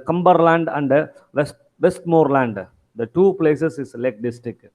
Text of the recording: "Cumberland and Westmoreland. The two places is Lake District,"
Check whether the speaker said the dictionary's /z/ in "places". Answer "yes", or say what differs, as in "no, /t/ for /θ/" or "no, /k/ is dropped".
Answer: no, /s/ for /z/